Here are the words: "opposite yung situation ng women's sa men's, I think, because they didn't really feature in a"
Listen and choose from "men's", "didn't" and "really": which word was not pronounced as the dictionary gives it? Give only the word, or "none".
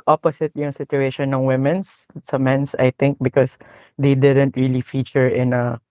men's